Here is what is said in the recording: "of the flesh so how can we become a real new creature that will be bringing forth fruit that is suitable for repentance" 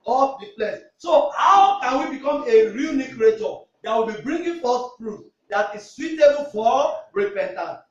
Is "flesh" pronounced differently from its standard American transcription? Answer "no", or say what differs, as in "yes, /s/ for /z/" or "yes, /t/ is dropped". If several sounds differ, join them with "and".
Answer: yes, /p/ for /f/ and /s/ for /ʃ/